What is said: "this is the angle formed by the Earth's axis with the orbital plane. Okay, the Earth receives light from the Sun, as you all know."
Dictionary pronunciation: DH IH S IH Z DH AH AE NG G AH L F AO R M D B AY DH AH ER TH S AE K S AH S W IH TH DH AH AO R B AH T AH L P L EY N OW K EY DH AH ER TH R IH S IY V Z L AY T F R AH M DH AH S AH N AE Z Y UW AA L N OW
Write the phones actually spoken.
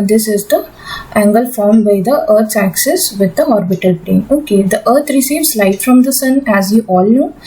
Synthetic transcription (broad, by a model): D IH S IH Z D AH AE NG G AH L F AO R M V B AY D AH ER T S AE K S AH S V IH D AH AO R B AH T AH L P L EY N OW K EY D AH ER T R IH S IY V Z L AY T F R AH M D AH S AH N AE Z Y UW AA L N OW